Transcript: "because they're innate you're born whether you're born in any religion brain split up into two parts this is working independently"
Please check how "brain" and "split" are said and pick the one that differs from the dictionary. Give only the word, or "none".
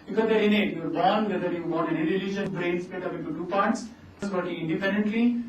split